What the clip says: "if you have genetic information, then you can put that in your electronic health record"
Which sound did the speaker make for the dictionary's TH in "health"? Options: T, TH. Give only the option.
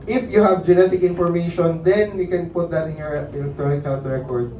T